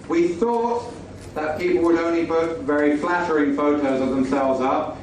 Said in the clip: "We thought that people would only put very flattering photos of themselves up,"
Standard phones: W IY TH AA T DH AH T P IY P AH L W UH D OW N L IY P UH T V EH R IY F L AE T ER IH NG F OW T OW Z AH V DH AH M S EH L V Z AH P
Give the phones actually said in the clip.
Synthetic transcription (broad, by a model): W IY TH AA T DH AH T P IY P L W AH D OW N L IY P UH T V EH R IY F L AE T ER IH NG F OW T OW Z AH V DH AH M S EH L V Z AH P